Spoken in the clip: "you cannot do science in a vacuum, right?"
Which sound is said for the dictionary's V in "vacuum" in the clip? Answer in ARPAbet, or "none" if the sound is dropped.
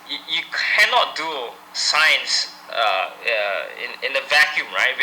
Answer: V